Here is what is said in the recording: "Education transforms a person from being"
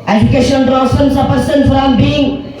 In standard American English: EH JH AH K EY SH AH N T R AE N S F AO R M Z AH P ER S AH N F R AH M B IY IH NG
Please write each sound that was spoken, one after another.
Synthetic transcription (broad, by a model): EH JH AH K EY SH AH N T R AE S AO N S AH P ER S AH N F R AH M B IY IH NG